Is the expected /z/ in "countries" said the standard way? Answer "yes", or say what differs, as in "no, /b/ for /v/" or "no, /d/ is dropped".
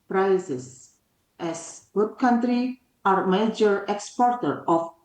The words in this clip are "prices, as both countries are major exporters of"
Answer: no, /z/ is dropped